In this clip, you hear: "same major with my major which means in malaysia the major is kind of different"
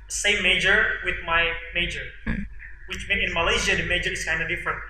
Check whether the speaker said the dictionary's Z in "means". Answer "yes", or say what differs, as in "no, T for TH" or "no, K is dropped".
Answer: no, Z is dropped